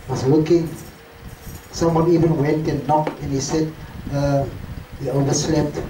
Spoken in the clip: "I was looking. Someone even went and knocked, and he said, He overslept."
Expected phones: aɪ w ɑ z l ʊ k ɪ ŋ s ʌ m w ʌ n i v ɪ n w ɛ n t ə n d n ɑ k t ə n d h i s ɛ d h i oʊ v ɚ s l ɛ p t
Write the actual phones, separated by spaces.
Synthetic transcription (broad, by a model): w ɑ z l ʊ k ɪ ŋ s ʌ m w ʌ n i v ɪ n w ɛ n t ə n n ɑ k ə n h i s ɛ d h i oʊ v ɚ s l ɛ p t